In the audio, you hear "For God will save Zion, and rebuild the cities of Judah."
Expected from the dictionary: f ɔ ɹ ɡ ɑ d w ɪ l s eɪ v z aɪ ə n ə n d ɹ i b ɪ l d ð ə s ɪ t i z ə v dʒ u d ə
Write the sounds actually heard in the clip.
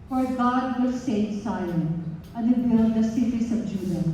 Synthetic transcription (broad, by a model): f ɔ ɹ ɡ ɑ d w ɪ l s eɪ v s aɪ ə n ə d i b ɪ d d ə s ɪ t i s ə b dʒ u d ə